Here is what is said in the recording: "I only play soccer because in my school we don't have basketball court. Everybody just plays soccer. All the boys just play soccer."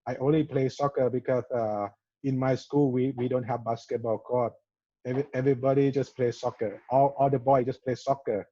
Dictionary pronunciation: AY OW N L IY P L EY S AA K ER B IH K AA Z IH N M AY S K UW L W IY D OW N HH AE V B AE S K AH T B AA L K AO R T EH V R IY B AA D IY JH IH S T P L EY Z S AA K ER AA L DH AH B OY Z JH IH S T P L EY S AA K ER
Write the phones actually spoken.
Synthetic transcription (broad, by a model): AY OW N L IY P L EY S AA K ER B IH K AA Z IH N M AY S K UW L W IY D OW N HH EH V B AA S K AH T B AA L K AO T EH V R IY B AA D IY JH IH S P L EY S AA K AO AA L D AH B OY JH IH S P L EY S AA K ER